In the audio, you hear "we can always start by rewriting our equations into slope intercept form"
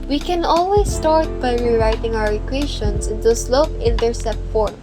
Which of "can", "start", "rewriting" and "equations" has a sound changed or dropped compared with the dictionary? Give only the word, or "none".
equations